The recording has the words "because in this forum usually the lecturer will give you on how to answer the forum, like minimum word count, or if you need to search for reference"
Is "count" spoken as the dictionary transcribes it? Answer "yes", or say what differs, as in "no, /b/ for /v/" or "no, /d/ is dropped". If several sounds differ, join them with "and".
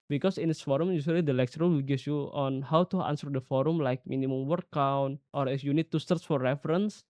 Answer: yes